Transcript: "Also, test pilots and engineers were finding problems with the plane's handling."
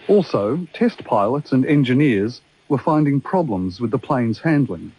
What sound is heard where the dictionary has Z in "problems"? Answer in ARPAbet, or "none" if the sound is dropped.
Z